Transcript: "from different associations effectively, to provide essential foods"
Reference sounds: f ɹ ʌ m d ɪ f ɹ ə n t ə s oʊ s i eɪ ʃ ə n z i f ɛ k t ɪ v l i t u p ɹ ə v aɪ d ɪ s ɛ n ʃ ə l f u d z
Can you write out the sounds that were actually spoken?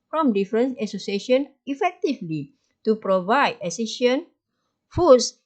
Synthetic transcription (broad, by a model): f ɹ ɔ m d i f ɹ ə n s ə s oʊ s i eɪ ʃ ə n i f ɛ k t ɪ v l i t u p ɹ ə v aɪ d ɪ s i ʃ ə n f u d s